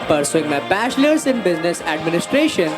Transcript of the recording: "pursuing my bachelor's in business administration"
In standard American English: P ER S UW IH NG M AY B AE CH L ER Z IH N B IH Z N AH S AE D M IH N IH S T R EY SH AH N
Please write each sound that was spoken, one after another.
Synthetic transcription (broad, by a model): P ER S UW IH NG M AY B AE SH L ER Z IH N B IH Z N AH S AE D M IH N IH S T R EY SH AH N